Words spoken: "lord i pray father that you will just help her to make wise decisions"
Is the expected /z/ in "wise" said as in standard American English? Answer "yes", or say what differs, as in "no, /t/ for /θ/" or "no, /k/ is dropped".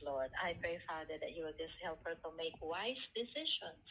no, /s/ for /z/